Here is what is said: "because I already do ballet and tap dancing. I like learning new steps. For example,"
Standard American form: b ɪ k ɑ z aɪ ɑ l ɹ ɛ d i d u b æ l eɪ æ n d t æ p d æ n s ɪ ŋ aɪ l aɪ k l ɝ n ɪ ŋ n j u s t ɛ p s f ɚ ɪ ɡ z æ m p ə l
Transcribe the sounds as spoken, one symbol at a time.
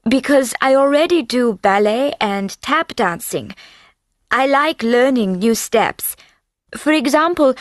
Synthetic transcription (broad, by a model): b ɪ k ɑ z aɪ ɑ l ɹ ɛ d i d u b æ l eɪ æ n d t æ p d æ n s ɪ ŋ aɪ l aɪ k l ɝ n ɪ ŋ n j u s t ɛ p s f ɚ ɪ ɡ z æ m p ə l